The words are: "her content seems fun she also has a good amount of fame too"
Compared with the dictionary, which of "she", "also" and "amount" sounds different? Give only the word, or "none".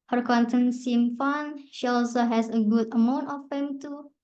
none